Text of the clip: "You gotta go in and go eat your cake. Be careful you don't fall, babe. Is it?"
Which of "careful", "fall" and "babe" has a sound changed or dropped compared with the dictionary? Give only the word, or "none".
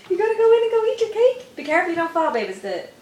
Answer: careful